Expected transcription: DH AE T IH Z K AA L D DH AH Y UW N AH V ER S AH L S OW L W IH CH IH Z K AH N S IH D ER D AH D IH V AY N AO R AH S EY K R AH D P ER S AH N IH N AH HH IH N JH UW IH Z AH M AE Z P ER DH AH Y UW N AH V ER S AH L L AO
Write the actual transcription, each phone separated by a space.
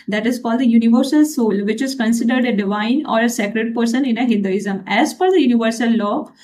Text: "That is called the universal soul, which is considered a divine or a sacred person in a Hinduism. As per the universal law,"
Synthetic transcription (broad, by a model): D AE T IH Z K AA L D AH Y UW N AH V ER S AH L S OW L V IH CH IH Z K AH N S IH D ER D AH D IH V AY N AO R AH S EY K R AH D P ER S AH N IH N AH HH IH N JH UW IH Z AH M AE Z F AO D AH Y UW N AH V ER S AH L L AO